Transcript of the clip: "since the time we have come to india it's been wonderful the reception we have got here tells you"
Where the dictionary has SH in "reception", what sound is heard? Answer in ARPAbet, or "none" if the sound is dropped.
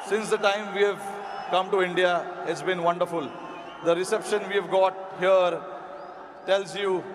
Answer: SH